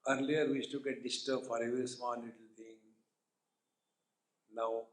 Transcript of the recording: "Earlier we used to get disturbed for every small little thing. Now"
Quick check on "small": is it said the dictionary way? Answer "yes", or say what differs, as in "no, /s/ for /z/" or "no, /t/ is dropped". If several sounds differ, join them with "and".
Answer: no, /n/ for /l/